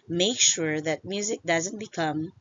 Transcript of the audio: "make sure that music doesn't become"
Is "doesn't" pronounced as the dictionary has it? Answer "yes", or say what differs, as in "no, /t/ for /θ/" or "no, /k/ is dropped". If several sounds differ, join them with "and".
yes